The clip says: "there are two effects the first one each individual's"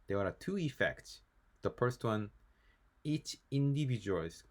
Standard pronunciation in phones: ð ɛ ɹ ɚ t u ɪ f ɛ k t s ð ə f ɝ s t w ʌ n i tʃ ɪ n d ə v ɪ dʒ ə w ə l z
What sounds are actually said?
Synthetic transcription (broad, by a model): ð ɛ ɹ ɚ t u ɪ f ɛ k t s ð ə f ɝ s t w ʌ n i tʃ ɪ n d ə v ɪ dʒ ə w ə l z